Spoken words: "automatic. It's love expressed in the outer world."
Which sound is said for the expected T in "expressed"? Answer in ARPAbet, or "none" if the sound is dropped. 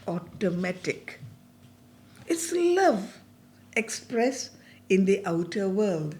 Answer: none